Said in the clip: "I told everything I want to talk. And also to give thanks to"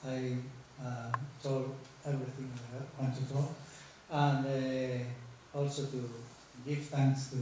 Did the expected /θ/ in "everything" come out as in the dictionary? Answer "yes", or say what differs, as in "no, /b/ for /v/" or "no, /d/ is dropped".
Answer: no, /t/ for /θ/